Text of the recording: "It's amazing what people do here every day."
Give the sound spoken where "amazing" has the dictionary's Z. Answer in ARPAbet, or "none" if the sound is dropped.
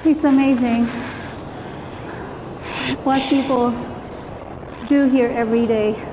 Z